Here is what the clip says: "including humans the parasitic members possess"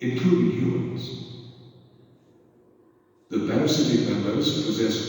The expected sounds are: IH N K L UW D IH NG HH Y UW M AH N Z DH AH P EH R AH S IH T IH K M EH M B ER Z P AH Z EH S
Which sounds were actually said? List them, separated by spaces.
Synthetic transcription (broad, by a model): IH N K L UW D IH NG HH Y UW M AH N Z DH AH B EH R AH S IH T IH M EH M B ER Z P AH Z EH S